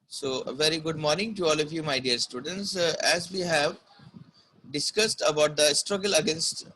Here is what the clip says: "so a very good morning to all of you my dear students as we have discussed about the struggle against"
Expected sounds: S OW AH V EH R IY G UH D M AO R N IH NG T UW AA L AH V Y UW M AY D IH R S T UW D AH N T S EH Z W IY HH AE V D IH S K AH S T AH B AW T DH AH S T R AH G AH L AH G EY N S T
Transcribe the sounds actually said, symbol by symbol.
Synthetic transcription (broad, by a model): S OW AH V EH R IY G UH D M AO R N IH NG T UW AA L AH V Y UW M AY D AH R S T UW D AH N T S EH Z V IY HH AE V D IH S K AH S T AH B AW T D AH S T R AH G AH L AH G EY N S T